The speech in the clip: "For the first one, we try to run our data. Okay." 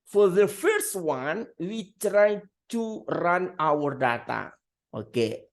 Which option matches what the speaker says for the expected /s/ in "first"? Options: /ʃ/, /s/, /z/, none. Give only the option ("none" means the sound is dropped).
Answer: /s/